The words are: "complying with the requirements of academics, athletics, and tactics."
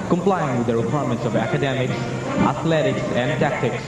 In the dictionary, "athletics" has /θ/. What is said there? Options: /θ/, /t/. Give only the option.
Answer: /t/